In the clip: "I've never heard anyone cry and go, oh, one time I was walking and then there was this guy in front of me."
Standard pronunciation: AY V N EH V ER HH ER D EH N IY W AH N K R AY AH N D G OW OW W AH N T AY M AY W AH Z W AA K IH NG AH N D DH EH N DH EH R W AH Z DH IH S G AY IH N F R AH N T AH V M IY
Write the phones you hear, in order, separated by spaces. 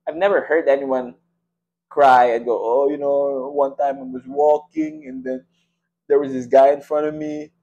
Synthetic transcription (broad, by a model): AY V N EH V ER HH ER D EH N IY W AH N K R AY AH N G OW OW W AH N T AY M AY W AH Z W AA K IH NG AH N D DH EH N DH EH R W AH Z DH IH S G AY IH N F R AH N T AH V M IY